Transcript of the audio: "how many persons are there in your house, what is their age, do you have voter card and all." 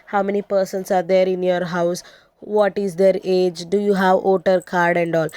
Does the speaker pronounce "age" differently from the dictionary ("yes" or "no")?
no